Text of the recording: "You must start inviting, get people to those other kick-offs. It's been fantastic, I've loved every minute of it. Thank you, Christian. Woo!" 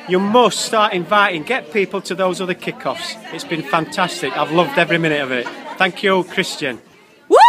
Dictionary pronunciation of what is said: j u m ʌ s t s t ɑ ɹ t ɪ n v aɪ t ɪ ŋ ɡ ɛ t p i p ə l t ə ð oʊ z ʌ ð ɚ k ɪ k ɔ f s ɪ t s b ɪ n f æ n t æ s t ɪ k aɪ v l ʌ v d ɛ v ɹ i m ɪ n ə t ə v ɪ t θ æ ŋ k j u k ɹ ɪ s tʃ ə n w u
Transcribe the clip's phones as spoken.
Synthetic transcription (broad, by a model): j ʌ m ʌ s t s t ɑ ɹ t ɪ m v aɪ t ɪ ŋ ɡ ɛ t p i p ə l t ə ð oʊ z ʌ ð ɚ k ɪ k ɔ f s ɪ t s b ɪ n f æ n t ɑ s t ɪ k aɪ v l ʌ v d ɛ v ɹ i m ɪ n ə t ə v ɪ t θ æ ŋ k j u k ɹ ɪ s tʃ ə n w